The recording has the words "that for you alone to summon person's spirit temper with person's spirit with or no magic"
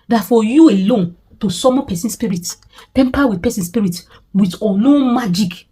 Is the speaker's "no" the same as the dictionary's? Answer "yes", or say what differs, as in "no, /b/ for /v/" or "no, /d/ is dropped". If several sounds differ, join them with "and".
no, /l/ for /n/